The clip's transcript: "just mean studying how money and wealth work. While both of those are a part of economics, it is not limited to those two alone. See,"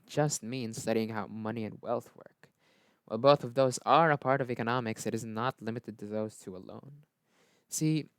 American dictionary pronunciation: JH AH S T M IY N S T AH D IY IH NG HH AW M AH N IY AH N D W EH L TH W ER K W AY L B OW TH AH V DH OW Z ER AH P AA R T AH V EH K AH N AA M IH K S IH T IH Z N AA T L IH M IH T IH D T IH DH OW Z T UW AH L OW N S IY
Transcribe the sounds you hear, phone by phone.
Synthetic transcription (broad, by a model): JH AH S T M IY N S T AH D IY IH NG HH AW M AH N IY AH N W EH L TH W ER K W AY L B OW TH AH V DH OW Z ER AH P AA R T AH V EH K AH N AA M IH K S IH T IH Z N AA T L IH M IH T IH D T IH DH OW Z T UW AH L OW N S IY